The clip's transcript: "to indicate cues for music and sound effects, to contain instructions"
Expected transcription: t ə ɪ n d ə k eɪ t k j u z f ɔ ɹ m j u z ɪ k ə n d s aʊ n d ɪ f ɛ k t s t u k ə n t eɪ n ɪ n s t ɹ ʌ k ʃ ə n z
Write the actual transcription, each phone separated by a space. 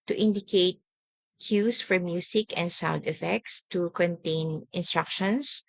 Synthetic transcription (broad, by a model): t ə ɪ n d ə k eɪ t k j u s f ɔ ɹ m j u s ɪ k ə n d s aʊ n d ɪ f ɛ k t s t u k ə n t eɪ n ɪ n s t ɹ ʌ k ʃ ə n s